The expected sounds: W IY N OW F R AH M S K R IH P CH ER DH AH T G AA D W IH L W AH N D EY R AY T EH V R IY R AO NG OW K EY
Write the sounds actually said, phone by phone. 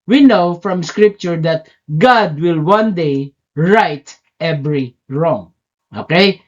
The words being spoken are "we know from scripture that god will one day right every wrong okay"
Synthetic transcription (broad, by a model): W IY N OW F R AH M S K R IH P CH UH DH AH T G AA D W IH L W AH N D EY R AY T EH V R IY R AO NG OW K EY